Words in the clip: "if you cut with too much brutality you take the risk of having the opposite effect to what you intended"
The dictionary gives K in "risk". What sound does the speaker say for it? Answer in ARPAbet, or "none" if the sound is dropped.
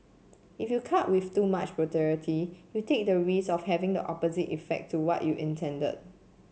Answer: none